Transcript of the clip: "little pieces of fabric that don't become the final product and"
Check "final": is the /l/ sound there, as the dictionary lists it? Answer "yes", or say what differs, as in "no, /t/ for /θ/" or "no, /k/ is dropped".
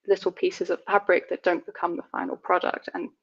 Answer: yes